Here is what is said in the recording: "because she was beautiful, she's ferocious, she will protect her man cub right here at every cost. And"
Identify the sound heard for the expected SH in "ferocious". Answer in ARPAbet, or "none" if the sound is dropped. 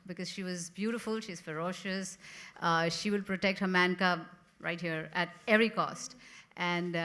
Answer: SH